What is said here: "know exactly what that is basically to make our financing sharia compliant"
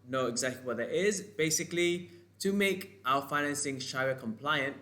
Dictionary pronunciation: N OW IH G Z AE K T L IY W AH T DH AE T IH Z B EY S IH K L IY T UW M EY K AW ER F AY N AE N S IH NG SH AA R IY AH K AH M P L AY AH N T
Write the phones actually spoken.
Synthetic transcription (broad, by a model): N OW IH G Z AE K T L IY W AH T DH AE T IH Z B EY S IH K L IY T UW M EY K AW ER F AY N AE N S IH NG SH AA IY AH K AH M P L AY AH N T